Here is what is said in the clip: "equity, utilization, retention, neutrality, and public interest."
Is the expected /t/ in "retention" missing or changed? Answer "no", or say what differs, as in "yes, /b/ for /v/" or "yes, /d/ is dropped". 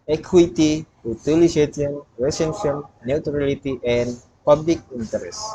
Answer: yes, /s/ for /t/